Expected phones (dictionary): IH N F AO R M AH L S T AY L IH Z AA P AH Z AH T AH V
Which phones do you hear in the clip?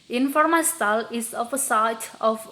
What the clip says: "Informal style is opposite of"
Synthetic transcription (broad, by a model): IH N F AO R M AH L S T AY L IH S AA F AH S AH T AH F